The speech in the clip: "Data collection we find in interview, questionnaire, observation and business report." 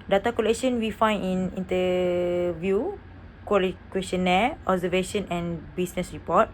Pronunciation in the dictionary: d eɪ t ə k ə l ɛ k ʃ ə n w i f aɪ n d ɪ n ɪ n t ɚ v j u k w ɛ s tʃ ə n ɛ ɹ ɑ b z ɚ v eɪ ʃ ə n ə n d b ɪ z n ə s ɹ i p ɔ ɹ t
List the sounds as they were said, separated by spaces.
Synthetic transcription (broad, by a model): d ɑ t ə k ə l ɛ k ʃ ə n w i f aɪ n ɪ n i n t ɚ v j u k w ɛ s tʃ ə n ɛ ɑ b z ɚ v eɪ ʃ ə n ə n b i s n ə s ɹ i p ɔ t